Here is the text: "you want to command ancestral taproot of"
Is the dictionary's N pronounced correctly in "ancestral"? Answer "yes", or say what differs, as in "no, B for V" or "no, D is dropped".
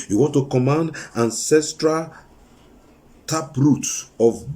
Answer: yes